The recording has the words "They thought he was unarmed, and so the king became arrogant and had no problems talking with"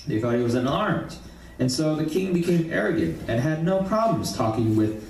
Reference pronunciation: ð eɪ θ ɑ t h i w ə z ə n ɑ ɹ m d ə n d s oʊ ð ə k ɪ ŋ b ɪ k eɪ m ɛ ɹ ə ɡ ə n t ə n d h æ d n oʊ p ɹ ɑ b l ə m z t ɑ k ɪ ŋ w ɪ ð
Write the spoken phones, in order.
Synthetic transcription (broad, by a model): ð eɪ θ ɑ t h i w ə z ə n ɑ ɹ m d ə n s oʊ ð ə k ɪ ŋ b ɪ k eɪ m ɛ ɹ ə ɡ ə n t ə n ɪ d n oʊ p ɹ ɑ b l ə m z t ɑ k ɪ ŋ w ɪ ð